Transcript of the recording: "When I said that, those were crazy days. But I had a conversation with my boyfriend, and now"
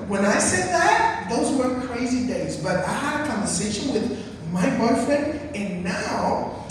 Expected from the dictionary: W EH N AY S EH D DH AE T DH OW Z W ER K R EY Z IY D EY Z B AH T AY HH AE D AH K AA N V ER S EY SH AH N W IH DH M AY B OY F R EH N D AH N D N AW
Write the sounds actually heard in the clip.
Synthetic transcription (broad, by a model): W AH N AY S EH D DH AE T DH OW Z W ER K R EY Z IY D EY Z B AH T AY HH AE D AH K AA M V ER S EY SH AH N W IH DH M AY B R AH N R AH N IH N AW